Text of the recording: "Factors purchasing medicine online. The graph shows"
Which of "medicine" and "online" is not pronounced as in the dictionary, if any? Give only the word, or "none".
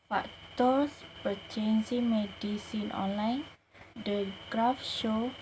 none